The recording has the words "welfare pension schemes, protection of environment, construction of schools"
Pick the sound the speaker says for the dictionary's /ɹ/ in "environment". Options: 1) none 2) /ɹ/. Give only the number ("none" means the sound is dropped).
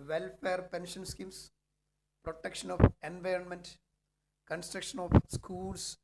2